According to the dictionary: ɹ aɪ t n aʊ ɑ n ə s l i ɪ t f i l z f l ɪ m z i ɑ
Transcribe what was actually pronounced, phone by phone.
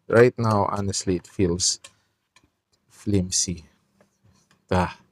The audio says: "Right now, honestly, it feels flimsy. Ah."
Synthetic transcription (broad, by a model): ɹ aɪ t n aʊ ɑ n ə s l i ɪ t f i l s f l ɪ m s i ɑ